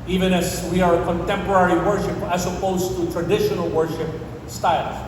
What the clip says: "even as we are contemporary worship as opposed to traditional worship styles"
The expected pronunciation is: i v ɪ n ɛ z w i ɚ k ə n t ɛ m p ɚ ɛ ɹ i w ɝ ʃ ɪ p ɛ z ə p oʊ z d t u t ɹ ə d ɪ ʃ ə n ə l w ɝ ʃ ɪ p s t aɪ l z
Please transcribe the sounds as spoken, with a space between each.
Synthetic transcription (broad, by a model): i v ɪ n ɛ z w i ɚ k ə n t ɛ m p ɚ ɛ ɹ i w ɝ ʃ ɪ p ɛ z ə p oʊ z t u t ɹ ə d ɪ ʃ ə n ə l w ɝ ʃ ɪ p s t aɪ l